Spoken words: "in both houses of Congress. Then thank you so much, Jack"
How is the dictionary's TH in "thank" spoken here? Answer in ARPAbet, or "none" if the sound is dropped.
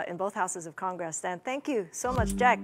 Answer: TH